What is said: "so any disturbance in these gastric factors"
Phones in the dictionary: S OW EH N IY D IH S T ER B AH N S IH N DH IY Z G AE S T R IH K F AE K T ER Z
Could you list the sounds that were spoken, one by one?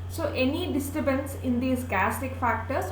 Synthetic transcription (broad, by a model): S OW EH N IY D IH S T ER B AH N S IH N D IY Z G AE S T IH K F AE K T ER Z